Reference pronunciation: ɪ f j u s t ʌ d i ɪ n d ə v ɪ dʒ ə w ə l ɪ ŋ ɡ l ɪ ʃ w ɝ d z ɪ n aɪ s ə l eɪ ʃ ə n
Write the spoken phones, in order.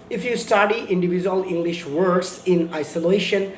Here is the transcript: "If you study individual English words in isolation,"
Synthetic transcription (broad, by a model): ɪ f j u s t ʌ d i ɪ n d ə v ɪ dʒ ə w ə l ɪ ŋ ɡ l ɪ ʃ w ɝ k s ɪ n aɪ s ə l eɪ ʃ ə n